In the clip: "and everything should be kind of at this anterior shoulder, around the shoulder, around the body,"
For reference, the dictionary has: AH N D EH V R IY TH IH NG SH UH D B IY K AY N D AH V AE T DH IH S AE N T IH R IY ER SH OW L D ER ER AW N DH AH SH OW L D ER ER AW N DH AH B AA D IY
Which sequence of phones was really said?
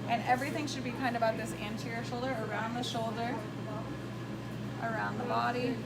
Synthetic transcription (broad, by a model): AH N EH V R IY TH IH NG SH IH D B IY K AY N D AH B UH T DH IH S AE N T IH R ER SH OW L D ER ER AW N DH AH SH OW L D ER ER AW N DH AH B AA D IY